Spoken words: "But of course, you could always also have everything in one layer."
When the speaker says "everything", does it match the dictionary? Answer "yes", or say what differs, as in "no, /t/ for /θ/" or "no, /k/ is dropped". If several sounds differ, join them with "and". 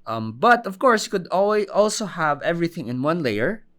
yes